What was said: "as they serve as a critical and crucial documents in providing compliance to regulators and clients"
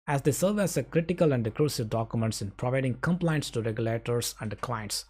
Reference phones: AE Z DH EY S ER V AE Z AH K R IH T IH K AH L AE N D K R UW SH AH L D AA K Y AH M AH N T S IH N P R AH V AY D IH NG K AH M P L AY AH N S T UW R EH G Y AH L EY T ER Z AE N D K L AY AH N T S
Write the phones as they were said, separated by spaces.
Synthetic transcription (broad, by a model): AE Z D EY S ER V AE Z AH K R IH T IH K AH L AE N D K R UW S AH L D AA K Y AH M AH N T S IH N P R AH V AY D IH NG K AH M P L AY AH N S T UW R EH G Y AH L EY T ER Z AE N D K L AY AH N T S